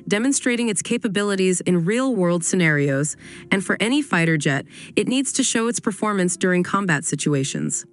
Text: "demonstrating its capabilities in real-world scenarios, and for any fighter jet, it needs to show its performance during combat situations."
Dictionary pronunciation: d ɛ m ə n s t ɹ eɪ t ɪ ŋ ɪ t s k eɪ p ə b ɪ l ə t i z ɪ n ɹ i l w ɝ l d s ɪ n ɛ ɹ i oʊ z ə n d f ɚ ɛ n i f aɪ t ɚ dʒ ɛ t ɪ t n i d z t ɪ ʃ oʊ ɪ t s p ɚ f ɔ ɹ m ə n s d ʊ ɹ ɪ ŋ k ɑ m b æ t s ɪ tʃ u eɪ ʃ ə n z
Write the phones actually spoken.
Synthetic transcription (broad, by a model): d ɛ m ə n s t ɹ eɪ t ɪ ŋ ɪ t s k eɪ p ə b ɪ l ə t i z ɪ n ɹ i l w ɝ l d s ɪ n ɛ ɹ i oʊ z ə n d f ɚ ɛ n i f aɪ t ɚ dʒ ɛ t ɪ t n i d z t ɪ ʃ oʊ ɪ t s p ɚ f ɔ ɹ m ə n s d ʊ ɹ ɪ ŋ k ɑ m b æ t s ɪ tʃ u eɪ ʃ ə n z